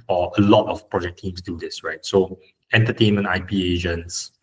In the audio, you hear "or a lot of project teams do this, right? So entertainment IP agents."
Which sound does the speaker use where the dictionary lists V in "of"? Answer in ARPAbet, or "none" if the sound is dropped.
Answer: F